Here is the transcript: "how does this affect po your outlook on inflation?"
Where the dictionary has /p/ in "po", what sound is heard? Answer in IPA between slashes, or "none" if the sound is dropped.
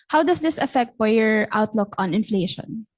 /f/